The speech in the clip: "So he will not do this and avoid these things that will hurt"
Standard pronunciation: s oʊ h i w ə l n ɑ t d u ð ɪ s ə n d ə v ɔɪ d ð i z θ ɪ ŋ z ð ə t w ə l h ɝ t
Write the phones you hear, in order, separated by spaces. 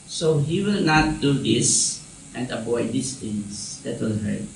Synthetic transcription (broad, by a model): s oʊ h i w ə l n ɑ t d u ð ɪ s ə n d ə b ɔɪ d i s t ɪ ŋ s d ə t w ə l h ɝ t